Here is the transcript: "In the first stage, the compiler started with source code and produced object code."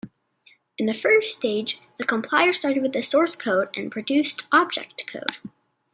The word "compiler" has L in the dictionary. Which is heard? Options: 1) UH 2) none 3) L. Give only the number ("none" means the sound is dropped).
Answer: 2